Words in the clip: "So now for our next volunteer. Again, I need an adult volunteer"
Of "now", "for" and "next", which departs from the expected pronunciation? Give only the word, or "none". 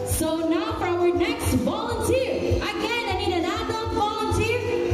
for